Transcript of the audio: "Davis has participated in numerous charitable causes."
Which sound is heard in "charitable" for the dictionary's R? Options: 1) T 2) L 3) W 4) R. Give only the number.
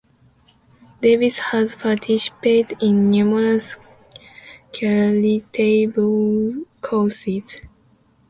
2